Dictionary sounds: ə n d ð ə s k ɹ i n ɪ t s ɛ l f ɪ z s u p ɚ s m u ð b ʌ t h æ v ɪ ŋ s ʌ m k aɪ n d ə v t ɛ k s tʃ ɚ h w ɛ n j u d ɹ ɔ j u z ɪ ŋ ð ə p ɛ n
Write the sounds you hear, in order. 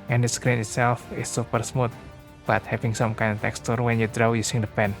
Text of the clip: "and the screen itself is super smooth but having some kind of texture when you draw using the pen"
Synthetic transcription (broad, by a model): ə n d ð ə s k ɹ i n ɪ t s ɛ l f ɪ s u p ɚ s m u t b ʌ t h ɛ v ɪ ŋ s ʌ m k aɪ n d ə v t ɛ k s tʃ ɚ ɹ w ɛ n j u d ɹ ɔ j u s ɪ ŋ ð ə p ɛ n